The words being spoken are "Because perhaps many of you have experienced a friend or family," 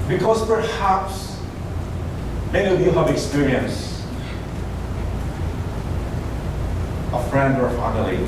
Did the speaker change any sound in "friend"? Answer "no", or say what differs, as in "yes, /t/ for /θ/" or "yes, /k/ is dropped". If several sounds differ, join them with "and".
no